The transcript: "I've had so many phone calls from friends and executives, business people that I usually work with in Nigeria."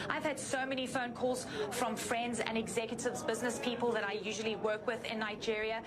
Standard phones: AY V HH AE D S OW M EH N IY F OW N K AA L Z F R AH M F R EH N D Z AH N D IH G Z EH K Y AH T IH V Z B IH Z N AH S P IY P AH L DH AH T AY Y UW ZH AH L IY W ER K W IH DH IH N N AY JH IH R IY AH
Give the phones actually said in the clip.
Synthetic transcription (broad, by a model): AY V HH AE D S OW M EH N IY F OW N K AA L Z F R AH M F R EH N D Z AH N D IH G Z EH K Y AH T IH V Z B IH Z N AH S P IY P AH L DH AH T AY Y UW ZH AH L IY W ER K W IH DH IH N N AY JH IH R IY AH